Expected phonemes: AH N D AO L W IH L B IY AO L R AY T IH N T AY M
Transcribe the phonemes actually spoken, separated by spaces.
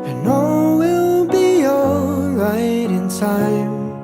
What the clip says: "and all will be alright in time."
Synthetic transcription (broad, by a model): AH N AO W IH L B IY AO R AY T IH N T AY M